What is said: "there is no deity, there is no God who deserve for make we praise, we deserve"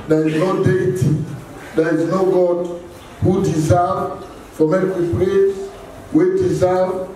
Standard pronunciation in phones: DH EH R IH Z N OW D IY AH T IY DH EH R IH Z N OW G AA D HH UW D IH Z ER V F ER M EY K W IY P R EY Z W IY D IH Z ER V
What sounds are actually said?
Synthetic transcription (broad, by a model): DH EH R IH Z N OW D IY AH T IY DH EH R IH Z N OW G AA D HH UW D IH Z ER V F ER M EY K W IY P L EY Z W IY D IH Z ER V